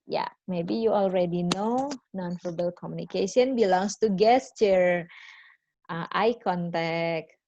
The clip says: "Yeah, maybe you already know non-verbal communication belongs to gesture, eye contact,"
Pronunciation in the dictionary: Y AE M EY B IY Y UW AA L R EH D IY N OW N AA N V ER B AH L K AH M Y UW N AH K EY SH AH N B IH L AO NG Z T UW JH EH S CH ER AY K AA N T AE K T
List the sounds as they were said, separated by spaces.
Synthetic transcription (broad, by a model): Y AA M EY B IY Y UW AA L R EH D IY N OW N AA N F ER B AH L K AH M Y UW N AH K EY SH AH N B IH L AO NG S T UW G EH S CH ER AY K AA N T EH K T